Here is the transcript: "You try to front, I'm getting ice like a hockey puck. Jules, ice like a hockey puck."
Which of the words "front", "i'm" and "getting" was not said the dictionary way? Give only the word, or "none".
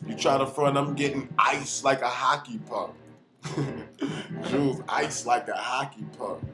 front